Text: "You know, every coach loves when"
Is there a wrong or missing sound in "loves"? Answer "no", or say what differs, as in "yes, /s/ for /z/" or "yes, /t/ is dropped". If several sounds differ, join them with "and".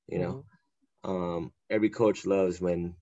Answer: no